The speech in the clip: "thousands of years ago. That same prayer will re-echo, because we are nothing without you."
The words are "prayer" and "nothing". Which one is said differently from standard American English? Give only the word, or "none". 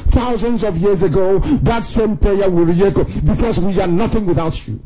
prayer